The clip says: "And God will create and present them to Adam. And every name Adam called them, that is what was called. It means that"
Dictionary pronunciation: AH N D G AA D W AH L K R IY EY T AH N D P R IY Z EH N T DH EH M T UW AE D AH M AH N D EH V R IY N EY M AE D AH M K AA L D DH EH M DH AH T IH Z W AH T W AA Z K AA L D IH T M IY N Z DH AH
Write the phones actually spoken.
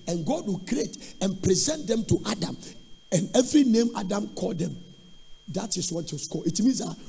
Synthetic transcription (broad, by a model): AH N G AA D W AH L K R IY EY T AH N P R IY Z EH N T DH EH M T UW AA D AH M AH N EH V R IY N EY M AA D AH M K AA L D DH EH M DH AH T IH S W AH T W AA S K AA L IH T M IY N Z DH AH